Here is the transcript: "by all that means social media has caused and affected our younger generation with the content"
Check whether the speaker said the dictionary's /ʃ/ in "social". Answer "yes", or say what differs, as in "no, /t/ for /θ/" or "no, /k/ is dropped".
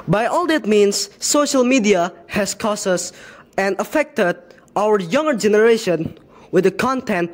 yes